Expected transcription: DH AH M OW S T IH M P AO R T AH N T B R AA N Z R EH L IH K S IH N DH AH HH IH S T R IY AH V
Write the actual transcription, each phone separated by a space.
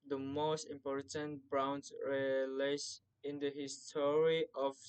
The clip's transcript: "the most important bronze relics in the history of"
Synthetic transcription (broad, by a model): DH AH M OW S T IH M P AO R T AH N T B R AA N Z R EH L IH S IH N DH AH HH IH S T R IY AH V